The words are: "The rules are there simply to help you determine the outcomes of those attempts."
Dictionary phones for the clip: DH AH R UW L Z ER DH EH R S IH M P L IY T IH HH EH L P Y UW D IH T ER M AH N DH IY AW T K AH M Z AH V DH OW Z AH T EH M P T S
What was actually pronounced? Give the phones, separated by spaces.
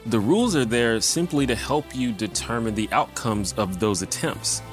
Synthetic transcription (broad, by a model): DH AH R UW L Z ER DH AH R S IH M P L IY T IH HH EH L P Y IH D IH T ER M AH N DH IY AW T K AH M Z AH V DH OW Z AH T EH M P T S